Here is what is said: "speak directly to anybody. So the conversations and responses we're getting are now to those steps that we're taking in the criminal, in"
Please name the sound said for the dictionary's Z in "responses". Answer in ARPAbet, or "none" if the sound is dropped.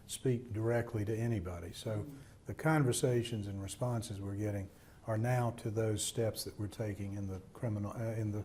Z